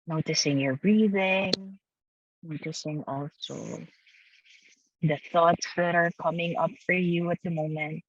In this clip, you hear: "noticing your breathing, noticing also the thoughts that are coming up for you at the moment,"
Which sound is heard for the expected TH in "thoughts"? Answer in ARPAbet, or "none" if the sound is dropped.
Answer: TH